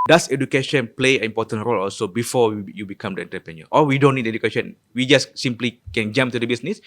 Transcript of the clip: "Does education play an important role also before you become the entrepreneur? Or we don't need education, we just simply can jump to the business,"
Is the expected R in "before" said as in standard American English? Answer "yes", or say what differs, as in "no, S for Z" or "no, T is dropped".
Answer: no, W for R